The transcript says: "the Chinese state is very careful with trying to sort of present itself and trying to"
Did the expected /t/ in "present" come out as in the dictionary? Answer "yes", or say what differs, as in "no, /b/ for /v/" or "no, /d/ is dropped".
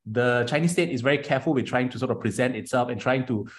yes